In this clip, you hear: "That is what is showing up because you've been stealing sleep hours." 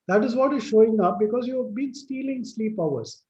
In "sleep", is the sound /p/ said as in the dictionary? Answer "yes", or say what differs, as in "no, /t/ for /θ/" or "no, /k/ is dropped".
yes